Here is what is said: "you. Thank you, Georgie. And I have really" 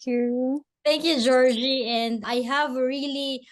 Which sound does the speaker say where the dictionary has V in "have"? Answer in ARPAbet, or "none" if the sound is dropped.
V